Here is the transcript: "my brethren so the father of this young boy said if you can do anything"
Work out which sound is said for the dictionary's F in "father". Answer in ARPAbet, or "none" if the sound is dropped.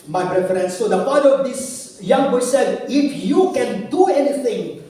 P